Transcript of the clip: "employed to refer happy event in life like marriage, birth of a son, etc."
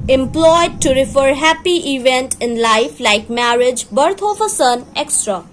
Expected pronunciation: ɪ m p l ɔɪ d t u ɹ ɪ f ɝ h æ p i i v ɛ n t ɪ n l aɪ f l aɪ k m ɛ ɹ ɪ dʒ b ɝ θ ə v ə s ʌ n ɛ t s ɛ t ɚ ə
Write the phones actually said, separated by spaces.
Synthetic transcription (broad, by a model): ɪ m p l ɔɪ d t u ɹ ɪ f ɝ h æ p i i v ɛ n t ɪ n l aɪ f l aɪ k m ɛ ɹ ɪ dʒ b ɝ t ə f ə s ʌ n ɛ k s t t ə